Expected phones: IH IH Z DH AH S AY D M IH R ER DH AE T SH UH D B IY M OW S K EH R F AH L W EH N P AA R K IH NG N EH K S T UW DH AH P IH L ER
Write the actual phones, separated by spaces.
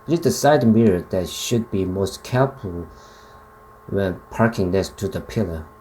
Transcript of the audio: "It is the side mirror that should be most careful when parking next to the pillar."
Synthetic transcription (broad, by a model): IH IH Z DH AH S AY D M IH R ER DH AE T SH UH D B IY M OW S K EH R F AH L W EH N P AA R K IH NG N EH S T UW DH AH P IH L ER